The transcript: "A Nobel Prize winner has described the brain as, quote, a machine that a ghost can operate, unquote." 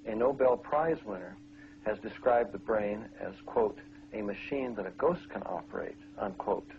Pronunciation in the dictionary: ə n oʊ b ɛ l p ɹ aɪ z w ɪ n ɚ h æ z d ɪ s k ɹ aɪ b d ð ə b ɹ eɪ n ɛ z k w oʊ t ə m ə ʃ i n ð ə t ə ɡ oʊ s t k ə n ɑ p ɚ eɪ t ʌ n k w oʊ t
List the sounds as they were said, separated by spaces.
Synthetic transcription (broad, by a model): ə n oʊ b ɛ l p ɹ aɪ z w ɪ n ɚ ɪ z d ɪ s k ɹ aɪ b ð ə b ɹ eɪ n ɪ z k w oʊ t ə m ə ʃ i n ð ə t ə ɡ oʊ s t k ə n ɑ p ɚ eɪ t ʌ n k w oʊ t